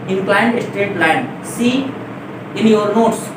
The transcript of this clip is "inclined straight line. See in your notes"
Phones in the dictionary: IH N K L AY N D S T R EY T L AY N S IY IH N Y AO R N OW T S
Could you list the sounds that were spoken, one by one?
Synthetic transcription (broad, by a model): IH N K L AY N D S T EY T L AY N S IY IH N Y AO R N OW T S